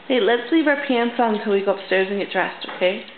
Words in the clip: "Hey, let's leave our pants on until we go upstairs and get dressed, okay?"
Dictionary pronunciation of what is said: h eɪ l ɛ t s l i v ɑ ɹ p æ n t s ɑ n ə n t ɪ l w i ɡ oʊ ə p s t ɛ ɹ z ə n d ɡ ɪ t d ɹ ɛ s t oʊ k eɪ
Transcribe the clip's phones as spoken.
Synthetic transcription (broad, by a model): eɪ l ɛ t s l i v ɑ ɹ p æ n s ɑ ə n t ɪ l w i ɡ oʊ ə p s t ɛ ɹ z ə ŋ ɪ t d ɹ ɛ s t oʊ k eɪ